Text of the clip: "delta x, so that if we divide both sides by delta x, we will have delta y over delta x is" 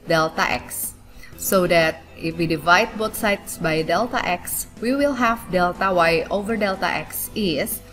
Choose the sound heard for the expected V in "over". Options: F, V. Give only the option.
V